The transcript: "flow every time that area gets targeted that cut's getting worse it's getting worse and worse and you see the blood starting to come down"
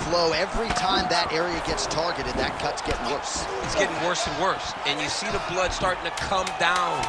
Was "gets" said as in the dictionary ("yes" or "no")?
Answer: yes